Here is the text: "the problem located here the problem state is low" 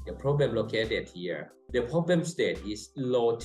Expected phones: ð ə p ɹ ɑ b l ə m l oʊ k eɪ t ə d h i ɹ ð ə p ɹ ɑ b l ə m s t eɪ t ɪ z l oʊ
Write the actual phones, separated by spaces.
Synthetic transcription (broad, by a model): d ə p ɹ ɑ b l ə m l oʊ k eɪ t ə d h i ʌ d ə p ɹ ɑ b l ə m s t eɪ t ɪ s l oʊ